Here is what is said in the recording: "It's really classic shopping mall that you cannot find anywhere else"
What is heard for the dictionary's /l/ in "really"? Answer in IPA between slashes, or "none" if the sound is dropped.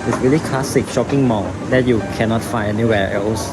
/l/